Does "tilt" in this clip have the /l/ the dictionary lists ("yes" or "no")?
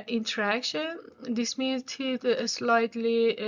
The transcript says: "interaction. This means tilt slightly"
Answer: no